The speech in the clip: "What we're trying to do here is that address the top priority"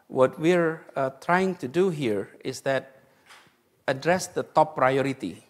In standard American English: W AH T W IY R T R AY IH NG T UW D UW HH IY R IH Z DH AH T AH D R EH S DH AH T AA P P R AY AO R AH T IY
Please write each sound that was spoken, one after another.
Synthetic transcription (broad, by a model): W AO T W IY R T R AY IH NG T UW D UW HH IY R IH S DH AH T AH D R EH S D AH T AA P P R AY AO R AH T IY